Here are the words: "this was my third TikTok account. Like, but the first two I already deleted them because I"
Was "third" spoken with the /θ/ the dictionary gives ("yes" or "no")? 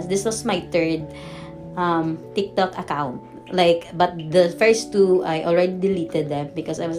no